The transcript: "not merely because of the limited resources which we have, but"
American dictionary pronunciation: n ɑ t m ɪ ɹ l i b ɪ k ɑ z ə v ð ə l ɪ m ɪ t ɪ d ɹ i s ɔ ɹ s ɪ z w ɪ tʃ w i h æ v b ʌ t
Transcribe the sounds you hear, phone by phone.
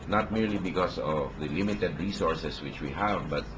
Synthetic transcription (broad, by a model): n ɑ t m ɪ ɹ l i b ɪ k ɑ s ə v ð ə l ɪ m ɪ t ɪ d ɹ i s ɔ ɹ s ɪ s w ɪ tʃ w i h æ v b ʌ t